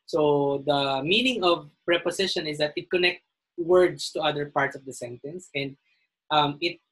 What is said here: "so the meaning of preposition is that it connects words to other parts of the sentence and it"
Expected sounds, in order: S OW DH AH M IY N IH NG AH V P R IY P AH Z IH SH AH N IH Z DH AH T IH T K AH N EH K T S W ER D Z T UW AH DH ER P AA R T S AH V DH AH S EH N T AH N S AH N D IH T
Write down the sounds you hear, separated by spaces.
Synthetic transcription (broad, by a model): S OW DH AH M IY N IH NG AH V P R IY P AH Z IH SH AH N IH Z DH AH T IH T K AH N EH K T W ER D S T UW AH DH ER P AA R T S AH V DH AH S EH N T AH N S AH N D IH T